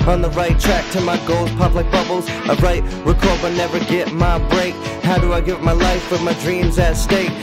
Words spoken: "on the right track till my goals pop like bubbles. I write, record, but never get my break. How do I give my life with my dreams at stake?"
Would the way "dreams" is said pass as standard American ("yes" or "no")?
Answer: yes